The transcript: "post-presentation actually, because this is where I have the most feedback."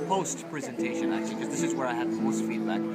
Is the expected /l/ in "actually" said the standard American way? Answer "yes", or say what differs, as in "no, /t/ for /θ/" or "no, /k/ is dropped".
no, /l/ is dropped